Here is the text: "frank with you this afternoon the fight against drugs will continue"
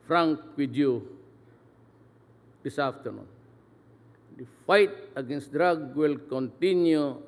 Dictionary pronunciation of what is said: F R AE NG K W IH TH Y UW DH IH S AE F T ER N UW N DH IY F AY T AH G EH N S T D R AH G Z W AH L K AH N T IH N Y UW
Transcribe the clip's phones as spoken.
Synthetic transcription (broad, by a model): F R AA NG K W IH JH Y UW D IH S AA F T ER N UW N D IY F AY T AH G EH N S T D R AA G W AH L K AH N T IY N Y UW